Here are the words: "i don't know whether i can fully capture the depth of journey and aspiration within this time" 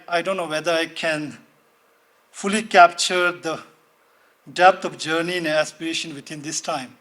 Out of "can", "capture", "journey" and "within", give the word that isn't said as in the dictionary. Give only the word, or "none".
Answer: within